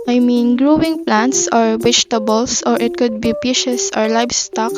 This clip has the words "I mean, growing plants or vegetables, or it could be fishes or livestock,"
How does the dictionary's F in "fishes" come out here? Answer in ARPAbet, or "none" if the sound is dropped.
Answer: P